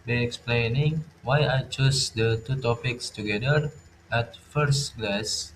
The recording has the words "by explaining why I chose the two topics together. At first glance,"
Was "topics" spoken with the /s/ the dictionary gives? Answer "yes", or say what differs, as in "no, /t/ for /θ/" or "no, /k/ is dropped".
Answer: yes